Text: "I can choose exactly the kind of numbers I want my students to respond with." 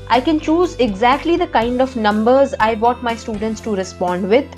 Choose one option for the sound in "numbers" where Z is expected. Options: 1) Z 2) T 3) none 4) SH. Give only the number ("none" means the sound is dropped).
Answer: 1